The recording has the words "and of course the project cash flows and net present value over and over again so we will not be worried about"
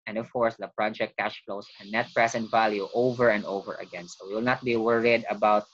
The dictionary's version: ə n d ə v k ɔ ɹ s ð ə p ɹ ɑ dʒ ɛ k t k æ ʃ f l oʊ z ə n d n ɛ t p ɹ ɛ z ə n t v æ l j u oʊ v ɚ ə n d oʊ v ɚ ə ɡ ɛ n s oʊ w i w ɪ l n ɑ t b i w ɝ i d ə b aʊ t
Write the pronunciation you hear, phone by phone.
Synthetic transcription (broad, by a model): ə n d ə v k ɔ ɹ s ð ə p ɹ ɑ dʒ ɛ k t k æ ʃ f l oʊ s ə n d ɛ t p ɹ ɛ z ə n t v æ l j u oʊ v ɚ ə n d oʊ v ɚ ə ɡ ɛ n s oʊ w i w ɪ l n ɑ t b i w ɝ i d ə b aʊ t